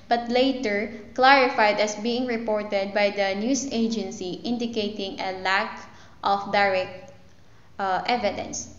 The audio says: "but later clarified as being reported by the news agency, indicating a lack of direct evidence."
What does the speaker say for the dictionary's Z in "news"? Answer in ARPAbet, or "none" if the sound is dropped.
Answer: S